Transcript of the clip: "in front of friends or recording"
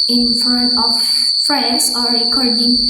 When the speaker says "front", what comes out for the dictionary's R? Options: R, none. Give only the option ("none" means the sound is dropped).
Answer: none